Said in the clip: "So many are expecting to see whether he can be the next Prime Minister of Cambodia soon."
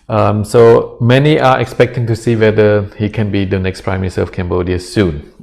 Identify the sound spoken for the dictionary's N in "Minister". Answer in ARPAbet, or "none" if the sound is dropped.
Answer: none